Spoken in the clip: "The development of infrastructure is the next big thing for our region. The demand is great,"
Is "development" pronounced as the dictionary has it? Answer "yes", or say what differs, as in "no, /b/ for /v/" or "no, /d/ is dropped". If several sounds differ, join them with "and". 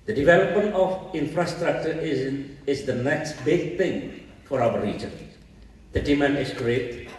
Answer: yes